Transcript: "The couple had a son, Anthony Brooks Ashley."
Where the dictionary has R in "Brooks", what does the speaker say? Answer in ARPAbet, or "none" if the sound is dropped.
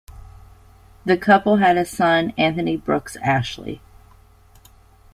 R